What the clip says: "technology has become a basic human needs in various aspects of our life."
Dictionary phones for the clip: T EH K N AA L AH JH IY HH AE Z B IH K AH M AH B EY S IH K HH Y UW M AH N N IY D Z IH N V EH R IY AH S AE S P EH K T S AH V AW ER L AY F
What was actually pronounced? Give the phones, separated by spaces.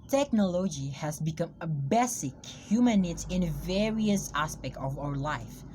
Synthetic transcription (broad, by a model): T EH K N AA L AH JH IY HH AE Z B IH K AH M AH B EY S IH K HH Y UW M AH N N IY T IH N V EH R IY AH S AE S P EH K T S AH V AW ER L AY F